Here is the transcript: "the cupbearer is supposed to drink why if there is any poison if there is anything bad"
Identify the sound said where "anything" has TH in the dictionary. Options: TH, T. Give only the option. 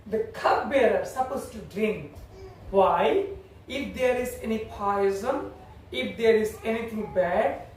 T